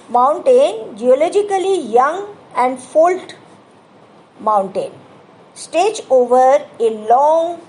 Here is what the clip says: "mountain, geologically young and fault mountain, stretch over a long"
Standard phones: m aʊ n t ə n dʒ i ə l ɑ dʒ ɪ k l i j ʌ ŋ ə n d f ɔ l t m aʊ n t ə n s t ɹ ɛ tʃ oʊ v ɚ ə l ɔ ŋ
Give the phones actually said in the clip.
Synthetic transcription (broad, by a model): m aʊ n t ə n dʒ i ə l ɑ dʒ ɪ k l i j ʌ ŋ ə n d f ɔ l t m aʊ n t ə n s t ɛ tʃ oʊ v ɚ ə l ɔ ŋ